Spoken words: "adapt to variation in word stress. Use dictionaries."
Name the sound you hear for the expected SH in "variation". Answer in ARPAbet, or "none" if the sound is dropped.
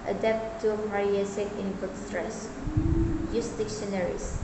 S